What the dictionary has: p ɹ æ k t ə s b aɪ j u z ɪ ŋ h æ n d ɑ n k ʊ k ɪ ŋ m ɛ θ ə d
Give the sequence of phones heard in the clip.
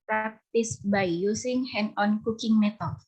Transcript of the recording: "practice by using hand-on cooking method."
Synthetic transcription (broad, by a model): p ɹ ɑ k t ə s b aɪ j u s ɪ ŋ h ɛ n ɑ n k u k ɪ ŋ m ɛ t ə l